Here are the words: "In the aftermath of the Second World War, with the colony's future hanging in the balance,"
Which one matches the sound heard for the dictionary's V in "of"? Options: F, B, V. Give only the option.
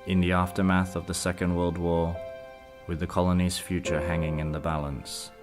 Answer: V